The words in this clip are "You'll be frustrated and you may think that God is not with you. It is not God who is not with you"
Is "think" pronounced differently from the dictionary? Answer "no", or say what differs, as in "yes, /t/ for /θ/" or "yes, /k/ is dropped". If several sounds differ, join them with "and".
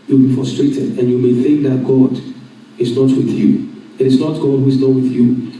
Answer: no